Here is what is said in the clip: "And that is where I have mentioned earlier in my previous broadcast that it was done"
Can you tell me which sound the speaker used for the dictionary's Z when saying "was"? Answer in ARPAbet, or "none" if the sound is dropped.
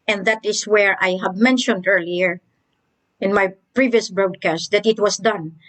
S